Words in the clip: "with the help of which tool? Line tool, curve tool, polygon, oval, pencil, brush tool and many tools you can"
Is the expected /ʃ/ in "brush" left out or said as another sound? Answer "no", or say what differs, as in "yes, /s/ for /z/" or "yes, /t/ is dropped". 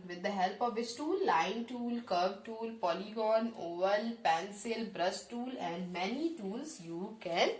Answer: yes, /s/ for /ʃ/